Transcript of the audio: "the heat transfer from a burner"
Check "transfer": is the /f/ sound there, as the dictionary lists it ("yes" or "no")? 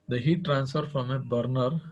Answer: yes